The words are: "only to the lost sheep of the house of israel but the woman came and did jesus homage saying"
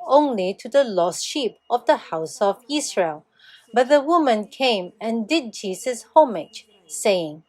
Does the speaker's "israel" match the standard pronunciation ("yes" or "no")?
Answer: no